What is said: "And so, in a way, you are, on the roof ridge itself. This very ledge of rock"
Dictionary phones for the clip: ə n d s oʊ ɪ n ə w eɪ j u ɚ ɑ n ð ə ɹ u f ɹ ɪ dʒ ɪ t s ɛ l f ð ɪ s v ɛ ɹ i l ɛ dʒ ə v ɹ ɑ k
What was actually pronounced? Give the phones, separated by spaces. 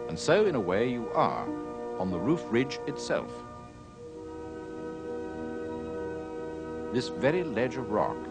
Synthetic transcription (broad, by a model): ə n s oʊ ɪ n ə w eɪ j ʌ ɚ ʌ n ð ə ɹ u f ɹ ɪ dʒ ɪ t s ɛ l f ð ɪ s v ɛ ɹ i l ɛ dʒ ə v ɹ ɑ k